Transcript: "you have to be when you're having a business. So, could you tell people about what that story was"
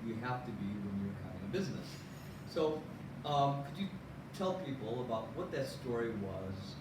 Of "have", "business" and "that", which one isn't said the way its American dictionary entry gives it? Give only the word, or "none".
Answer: have